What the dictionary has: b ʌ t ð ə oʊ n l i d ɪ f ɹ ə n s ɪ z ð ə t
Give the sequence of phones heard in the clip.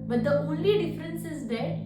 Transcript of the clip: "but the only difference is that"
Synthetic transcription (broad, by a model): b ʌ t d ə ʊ l i d ɪ f ɹ ə n s ɪ z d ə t